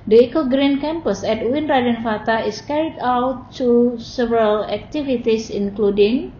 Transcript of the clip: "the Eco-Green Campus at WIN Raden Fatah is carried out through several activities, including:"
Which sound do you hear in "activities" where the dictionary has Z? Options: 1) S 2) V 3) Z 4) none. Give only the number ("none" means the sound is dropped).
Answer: 1